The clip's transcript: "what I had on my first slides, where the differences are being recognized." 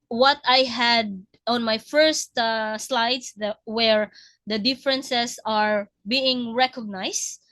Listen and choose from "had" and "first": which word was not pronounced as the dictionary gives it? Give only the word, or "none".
none